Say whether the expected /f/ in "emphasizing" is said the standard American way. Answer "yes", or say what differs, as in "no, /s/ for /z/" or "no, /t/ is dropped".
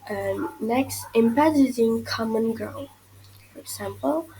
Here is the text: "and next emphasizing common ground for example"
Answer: no, /p/ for /f/